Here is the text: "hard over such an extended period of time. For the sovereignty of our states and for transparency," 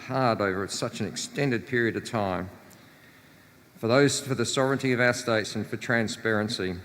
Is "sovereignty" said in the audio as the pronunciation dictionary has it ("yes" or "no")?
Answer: yes